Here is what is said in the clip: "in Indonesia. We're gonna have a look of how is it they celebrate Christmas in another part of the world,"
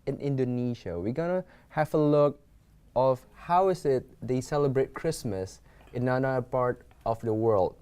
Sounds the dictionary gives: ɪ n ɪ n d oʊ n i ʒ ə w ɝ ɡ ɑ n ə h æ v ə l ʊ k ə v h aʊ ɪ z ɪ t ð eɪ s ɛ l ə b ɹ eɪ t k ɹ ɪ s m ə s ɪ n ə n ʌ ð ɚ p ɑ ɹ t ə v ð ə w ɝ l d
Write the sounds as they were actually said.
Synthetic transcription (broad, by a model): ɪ n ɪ n d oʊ n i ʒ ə w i ɡ ɑ n ə h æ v ə l ʊ k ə f h aʊ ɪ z ɪ t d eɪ s ɛ l ə b ɹ eɪ t k ɹ ɪ s m ə s ɪ n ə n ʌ ɚ p ɑ ɹ t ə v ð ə w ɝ l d